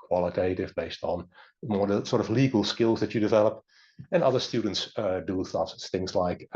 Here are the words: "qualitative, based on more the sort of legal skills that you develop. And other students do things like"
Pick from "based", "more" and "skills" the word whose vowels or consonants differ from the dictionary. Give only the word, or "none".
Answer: none